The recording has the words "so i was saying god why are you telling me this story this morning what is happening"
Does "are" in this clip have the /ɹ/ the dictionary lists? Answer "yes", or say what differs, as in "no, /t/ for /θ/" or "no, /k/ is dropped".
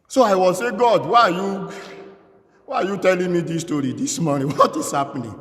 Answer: no, /w/ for /ɹ/